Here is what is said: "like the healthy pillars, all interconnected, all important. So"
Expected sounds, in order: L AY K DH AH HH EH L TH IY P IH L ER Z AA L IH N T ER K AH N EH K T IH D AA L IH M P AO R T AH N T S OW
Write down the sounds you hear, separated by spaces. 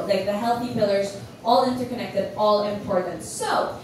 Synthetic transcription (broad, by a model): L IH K DH AH HH EH L TH IY P IH L ER Z AA L IH N T ER K AH N EH K T IH D AA L IH M P AO R T N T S OW